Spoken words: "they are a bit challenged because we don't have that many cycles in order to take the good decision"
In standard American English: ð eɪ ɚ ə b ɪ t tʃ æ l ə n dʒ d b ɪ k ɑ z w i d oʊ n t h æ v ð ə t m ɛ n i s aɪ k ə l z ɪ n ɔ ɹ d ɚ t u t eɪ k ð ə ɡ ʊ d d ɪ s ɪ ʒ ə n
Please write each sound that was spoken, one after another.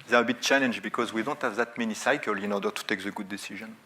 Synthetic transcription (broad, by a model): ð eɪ ɚ ə b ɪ t tʃ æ l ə n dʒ b ɪ k ɑ z w i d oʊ n t h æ v ð ə t m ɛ n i s aɪ k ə l ɪ n ɔ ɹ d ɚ t u t eɪ k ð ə ɡ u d d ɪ s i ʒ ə n